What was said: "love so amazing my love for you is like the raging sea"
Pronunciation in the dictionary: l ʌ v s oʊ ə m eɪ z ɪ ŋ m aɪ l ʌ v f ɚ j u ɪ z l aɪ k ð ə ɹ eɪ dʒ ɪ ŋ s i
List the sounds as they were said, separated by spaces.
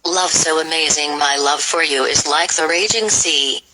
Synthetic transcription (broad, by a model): l ʌ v s oʊ ə m eɪ z ɪ ŋ m aɪ l ʌ v f ɚ j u ɪ z l aɪ k ð ə ɹ eɪ dʒ ɪ ŋ s i